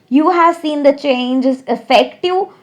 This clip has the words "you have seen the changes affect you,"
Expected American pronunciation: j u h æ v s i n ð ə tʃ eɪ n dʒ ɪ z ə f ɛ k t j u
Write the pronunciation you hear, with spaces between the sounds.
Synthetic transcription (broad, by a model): j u h æ v s i n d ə tʃ eɪ n dʒ ɪ z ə f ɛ k t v